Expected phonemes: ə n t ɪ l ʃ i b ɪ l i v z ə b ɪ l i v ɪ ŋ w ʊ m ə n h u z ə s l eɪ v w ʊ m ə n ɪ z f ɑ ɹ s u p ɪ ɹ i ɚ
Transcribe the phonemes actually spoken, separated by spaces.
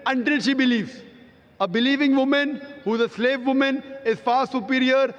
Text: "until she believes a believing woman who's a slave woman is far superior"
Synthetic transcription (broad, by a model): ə n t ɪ l ʃ i b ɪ l i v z ə b ɪ l i v ɪ ŋ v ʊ m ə n h u z ə s l eɪ v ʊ m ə n ɪ z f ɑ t s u p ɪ ɹ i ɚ